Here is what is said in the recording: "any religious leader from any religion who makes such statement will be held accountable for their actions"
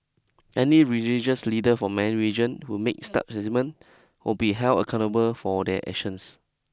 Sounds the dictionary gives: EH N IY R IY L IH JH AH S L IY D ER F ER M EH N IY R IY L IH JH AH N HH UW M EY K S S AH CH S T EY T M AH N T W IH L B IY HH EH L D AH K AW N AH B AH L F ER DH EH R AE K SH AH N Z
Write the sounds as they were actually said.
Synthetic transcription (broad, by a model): EH N IY R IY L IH JH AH S L IY D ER F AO M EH N R IY JH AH N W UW M EY K S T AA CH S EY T M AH N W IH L B IY HH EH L AH K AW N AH B AH L F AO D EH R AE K SH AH N S